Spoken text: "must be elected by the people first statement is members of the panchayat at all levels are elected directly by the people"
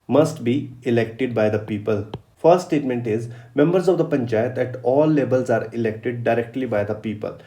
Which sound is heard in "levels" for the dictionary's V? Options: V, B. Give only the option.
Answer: B